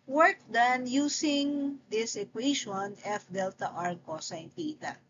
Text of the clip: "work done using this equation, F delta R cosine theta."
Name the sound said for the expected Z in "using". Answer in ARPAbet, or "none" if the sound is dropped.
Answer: S